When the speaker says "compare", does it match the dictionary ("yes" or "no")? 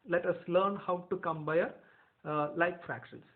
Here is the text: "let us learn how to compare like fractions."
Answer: no